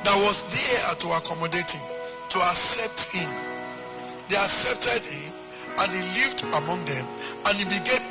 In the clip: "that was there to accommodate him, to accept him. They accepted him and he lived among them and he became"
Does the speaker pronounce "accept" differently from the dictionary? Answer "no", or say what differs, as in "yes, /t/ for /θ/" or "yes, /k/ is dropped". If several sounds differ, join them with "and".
no